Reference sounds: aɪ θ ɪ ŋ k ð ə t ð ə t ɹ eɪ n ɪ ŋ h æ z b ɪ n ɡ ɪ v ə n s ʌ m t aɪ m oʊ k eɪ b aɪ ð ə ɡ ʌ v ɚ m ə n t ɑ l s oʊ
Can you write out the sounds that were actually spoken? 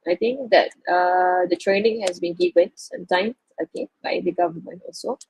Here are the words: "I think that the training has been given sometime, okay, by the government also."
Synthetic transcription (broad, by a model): aɪ t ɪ ŋ k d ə t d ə t ɹ eɪ n ɪ ŋ h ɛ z b ɪ n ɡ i w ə n s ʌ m t aɪ m oʊ k eɪ b aɪ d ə ɡ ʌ v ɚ m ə n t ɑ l s oʊ